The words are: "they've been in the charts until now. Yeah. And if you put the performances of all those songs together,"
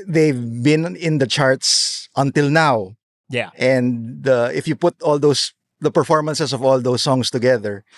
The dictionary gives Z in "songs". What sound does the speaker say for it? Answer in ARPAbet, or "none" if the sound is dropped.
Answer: S